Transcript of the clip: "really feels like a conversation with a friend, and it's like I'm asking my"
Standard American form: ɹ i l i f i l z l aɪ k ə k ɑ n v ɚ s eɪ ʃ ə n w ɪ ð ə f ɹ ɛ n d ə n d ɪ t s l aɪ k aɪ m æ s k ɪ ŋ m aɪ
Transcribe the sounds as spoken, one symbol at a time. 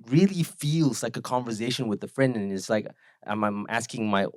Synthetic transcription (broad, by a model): ɹ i l i f i l z l aɪ k ə k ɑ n v ɚ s eɪ ʃ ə n w ɪ ð ə f ɹ ɛ n d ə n ɪ t s l aɪ k aɪ m æ s k ɪ ŋ m aɪ